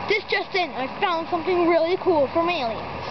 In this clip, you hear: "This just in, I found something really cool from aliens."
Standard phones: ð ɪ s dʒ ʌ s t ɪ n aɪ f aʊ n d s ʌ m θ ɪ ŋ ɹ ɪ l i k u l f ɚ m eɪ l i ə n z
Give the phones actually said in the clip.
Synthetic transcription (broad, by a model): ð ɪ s dʒ ʌ s t ɪ n aɪ f aʊ n d s ʌ m θ ɪ ŋ ɹ ɪ l i k u l f ɚ m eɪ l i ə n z